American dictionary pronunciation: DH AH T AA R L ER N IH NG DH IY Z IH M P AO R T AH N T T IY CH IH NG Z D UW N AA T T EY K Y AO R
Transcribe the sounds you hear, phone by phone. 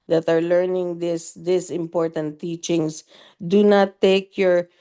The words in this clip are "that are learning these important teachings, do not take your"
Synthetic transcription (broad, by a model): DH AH T AA R L ER N IH NG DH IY S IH M P AO R T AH N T T IY CH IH NG S D UW N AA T T EY K Y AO R